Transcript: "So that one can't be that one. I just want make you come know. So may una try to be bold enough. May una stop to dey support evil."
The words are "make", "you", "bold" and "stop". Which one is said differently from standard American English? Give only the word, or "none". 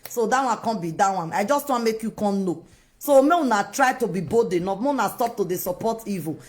bold